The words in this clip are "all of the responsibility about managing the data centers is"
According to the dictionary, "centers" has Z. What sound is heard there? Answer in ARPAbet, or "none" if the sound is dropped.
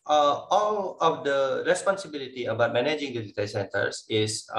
S